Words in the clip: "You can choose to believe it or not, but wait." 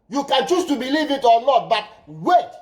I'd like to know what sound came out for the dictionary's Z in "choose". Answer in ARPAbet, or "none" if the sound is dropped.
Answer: S